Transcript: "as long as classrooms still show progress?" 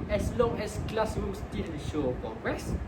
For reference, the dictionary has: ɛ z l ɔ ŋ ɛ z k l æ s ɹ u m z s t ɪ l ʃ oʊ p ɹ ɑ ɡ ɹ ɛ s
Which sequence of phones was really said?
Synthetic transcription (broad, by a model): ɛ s l ɔ ŋ ɛ s k l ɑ s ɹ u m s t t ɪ n ʃ oʊ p ɹ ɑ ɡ ɹ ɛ s